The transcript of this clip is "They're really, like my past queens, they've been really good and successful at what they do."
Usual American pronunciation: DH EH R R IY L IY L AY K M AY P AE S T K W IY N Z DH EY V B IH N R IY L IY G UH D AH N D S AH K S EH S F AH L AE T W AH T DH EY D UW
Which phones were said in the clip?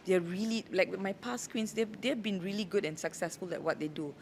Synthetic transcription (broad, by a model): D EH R R IY L IY L AY K M AY P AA S K W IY N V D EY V B IH N R IY L IY G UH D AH N S AH K S EH S F AH L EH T W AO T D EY D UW